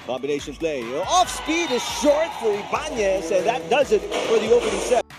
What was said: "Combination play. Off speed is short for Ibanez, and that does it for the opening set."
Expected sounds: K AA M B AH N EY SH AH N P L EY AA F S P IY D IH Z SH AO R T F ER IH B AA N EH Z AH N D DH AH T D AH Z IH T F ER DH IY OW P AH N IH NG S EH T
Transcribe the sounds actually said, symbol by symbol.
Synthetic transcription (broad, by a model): K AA M B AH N EY SH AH N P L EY AA F S P IY D IH Z SH AO R T F ER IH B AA N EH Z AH N DH AH T D AH Z IH T F ER DH IY OW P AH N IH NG S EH